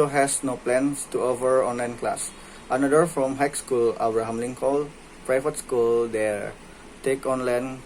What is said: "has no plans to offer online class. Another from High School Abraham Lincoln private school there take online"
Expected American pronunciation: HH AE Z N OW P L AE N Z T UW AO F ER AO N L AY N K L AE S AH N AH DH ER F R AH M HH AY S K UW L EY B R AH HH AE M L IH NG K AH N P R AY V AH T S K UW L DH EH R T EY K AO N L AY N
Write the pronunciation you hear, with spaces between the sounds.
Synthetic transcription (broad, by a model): HH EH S N OW P L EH N S T UW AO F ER AO N L AY N K L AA S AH N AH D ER F R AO M HH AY S K UW L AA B R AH HH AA M L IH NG K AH L P R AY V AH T S K UW L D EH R T EY K AO N L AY N